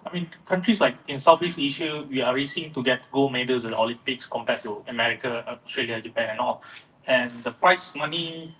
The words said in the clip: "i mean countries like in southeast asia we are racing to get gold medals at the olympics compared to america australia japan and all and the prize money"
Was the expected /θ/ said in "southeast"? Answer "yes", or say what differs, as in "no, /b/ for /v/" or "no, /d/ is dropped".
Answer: no, /f/ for /θ/